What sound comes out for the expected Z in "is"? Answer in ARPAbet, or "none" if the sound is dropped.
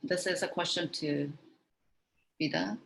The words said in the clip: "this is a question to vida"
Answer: Z